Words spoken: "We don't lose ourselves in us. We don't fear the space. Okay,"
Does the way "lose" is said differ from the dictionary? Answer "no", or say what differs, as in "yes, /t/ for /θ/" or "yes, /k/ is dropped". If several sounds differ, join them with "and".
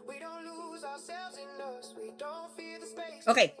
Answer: no